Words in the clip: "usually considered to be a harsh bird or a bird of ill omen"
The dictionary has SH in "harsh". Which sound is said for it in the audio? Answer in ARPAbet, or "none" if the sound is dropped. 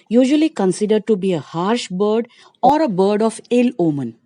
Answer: SH